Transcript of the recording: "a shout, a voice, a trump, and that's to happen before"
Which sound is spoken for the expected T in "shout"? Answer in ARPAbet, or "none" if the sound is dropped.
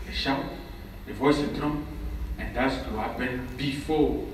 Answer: none